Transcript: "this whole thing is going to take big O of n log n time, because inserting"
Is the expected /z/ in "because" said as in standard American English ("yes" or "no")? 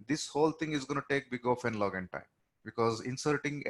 yes